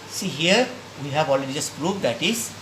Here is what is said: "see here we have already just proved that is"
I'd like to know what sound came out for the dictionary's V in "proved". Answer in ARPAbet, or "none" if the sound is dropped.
P